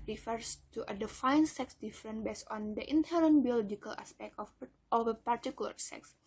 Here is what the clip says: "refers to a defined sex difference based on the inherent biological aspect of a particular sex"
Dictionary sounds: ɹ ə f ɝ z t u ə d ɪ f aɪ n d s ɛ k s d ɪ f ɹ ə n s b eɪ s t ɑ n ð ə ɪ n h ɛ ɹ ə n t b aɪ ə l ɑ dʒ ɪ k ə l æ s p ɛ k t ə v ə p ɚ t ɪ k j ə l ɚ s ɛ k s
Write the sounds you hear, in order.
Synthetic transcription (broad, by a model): ɹ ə f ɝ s t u ə d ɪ f aɪ n s ɛ k s d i f ɹ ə n b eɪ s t ɑ n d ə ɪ n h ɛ ɹ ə n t b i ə l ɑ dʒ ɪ k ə l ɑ s p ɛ k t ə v ə p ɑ t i k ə l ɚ s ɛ k s